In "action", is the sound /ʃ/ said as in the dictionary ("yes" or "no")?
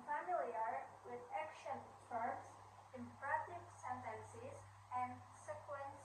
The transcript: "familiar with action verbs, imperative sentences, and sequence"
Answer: yes